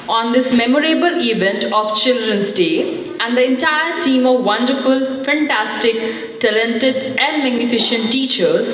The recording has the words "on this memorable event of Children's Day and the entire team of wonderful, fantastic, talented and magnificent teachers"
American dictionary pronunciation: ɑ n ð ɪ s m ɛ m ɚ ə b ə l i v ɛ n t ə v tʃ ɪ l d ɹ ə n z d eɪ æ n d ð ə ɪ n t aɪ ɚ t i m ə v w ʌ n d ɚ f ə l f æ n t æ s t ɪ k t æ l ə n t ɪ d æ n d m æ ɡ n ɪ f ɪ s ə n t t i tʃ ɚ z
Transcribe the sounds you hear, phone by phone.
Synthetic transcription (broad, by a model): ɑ n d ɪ s m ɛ m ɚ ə b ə l i v ɛ n t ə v tʃ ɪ l d ɹ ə n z d eɪ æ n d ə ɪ n t aɪ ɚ t i m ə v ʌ n d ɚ f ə l f æ n t æ s t ɪ k t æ l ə n t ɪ d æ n d m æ ɡ n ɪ f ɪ ʃ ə n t t i tʃ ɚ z